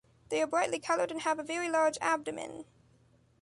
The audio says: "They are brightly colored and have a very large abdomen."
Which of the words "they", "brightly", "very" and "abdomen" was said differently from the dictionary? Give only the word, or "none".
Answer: none